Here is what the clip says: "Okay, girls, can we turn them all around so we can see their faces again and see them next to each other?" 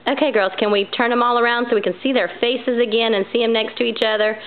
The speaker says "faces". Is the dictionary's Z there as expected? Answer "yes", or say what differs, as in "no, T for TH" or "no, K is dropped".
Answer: yes